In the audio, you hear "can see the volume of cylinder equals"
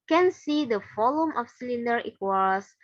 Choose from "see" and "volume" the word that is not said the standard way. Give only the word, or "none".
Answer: volume